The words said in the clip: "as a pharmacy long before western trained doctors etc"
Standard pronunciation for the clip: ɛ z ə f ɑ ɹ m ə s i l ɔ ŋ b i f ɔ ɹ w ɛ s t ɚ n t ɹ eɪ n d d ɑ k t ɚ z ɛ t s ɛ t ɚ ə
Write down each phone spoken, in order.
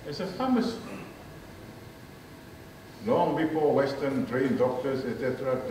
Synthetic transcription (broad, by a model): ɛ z ə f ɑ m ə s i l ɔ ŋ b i p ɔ l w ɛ s t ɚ n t ɹ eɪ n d d ɑ k t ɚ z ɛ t s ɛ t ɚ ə